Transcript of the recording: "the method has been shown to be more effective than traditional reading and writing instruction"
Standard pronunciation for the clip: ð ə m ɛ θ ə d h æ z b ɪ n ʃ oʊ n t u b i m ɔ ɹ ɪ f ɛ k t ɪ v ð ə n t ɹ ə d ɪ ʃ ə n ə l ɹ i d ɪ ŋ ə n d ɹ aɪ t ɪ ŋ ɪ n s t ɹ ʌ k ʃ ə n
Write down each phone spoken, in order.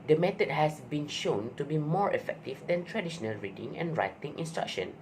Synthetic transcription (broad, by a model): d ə m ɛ t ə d h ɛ s b ɪ n ʃ oʊ n t u b i m ɔ ɹ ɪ f ɛ k t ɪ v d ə n t ɹ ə d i ʃ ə n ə l ɹ i d ɪ ŋ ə n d ɹ aɪ t ɪ ŋ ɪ n s t ɹ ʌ k ʃ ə n